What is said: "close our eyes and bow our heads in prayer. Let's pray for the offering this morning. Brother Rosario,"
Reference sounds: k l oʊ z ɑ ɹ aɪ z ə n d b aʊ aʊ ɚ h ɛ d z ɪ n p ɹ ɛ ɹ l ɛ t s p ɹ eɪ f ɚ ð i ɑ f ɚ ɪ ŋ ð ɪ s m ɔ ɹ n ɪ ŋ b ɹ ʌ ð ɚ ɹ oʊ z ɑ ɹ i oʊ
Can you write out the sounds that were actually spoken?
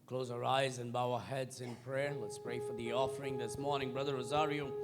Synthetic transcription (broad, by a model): k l oʊ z ɑ ɹ aɪ z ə n b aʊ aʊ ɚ h ɛ d z ɪ n p ɹ ɛ ɹ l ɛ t s p ɹ eɪ f ɚ ð i ɑ f ɚ ɪ ŋ ð ɪ s m ɔ ɹ n ɪ ŋ b ɹ ʌ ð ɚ ɹ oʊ z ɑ ɹ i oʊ